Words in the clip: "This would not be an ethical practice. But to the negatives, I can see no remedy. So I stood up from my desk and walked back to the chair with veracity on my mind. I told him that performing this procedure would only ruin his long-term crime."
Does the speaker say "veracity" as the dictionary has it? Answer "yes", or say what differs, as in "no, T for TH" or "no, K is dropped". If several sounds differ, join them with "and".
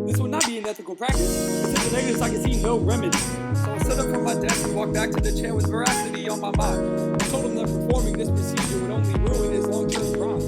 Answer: yes